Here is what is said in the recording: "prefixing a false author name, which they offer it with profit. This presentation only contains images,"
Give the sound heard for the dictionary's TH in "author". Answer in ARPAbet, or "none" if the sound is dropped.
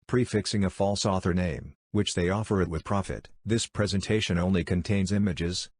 TH